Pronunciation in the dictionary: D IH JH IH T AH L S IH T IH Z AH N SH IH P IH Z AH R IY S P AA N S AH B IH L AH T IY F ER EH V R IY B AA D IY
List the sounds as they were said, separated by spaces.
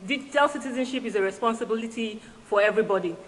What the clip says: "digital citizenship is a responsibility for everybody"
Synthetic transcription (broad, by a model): D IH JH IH T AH L S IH T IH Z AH N SH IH P IH Z AH R IY S P AA N S AH B IH L AH T IY F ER EH V R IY B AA D IY